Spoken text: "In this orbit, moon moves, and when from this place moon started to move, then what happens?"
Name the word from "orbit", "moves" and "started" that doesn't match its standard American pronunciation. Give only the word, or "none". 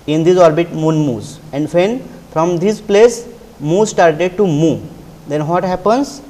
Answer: moves